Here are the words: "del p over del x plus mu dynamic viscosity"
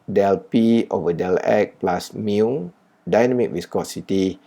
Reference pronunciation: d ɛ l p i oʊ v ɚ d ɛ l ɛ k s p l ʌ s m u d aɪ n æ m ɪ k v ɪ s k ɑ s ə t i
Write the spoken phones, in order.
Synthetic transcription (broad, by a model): d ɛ l p i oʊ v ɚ d ɛ l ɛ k p l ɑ s m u d aɪ n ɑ m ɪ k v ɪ s k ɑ s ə t i